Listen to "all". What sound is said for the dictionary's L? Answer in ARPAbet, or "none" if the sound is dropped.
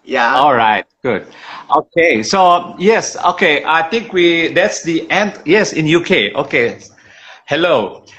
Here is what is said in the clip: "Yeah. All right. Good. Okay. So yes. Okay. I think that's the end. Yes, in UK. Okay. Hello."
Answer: L